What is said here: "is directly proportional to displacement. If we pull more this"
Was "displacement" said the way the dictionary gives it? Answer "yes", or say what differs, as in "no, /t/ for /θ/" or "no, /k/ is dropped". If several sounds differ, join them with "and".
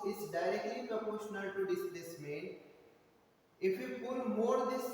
no, /p/ is dropped and /t/ is dropped